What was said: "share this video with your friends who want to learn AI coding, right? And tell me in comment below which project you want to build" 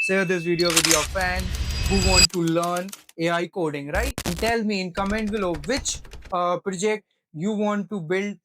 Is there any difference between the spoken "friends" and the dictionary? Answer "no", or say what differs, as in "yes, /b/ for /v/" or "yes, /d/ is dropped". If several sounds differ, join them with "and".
yes, /ɹ/ is dropped and /z/ is dropped